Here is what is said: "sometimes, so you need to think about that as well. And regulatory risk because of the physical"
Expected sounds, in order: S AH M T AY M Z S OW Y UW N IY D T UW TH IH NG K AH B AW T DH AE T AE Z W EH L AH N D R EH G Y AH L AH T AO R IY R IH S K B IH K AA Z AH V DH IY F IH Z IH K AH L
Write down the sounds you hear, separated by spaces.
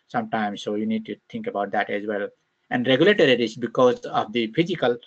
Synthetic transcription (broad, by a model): S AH M T AY M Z S OW Y UW N IY D T UW T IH NG K AH B AW T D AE T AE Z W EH L AH N D R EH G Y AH L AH T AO R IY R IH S B IH K AA Z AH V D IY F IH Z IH K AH L